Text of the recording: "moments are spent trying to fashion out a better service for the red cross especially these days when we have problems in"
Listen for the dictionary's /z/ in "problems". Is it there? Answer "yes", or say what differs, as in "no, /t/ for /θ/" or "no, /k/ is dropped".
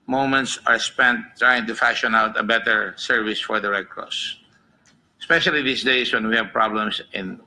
no, /s/ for /z/